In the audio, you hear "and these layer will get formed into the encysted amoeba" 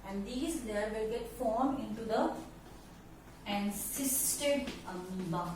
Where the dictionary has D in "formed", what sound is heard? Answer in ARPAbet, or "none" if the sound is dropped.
none